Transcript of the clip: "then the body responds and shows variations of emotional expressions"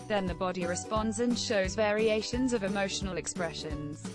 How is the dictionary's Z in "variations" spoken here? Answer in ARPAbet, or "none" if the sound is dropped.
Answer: Z